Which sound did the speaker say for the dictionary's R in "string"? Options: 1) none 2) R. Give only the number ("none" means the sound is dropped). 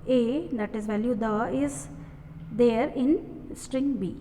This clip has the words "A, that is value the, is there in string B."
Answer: 2